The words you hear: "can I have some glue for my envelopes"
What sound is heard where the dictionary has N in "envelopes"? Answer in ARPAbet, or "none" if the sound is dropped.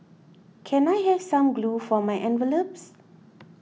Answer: N